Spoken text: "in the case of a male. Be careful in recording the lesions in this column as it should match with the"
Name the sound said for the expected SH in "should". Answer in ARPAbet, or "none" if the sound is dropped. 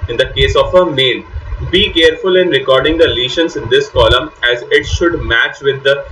SH